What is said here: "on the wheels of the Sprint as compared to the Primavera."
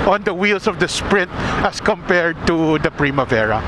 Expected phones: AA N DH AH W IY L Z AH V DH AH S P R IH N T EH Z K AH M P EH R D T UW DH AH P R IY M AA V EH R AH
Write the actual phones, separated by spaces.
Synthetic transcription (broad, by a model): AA N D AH W IY L S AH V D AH S P R IH N T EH S K AH M P EH R D T UW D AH P R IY M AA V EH R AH